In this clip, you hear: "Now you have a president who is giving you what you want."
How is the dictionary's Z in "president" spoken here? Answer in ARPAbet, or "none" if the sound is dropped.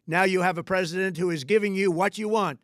Z